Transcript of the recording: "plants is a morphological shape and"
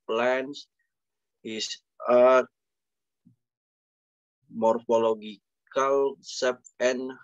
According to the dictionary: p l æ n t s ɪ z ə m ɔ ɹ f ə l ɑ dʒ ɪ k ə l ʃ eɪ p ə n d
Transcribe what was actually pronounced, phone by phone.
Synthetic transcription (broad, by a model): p l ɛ n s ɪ s ə m ɔ ɹ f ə l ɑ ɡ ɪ k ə l s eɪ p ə n